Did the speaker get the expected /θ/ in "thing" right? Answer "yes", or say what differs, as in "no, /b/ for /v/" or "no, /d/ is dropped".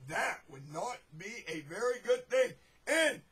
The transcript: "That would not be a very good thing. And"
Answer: yes